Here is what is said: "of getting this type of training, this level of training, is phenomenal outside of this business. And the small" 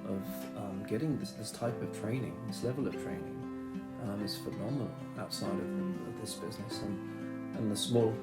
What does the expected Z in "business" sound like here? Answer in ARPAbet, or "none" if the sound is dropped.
Z